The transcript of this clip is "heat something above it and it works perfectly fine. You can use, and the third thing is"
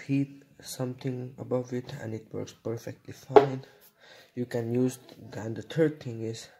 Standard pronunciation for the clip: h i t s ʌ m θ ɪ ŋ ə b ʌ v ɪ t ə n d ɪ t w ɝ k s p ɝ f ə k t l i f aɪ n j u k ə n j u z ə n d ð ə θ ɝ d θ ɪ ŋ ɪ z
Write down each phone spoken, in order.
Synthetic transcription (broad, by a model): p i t s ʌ m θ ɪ ŋ ə b ʌ v ɪ t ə n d ɪ t w ɝ k s p ɝ f ə k t l i f aɪ n j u k ə n j u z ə n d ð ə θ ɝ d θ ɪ ŋ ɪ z